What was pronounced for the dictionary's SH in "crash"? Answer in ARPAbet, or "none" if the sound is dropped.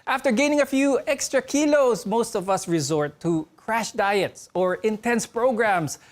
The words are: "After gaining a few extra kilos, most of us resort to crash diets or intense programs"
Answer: SH